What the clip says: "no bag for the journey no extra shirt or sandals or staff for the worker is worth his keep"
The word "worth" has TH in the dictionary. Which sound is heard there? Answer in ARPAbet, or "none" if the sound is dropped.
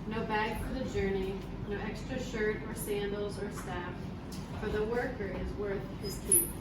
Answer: TH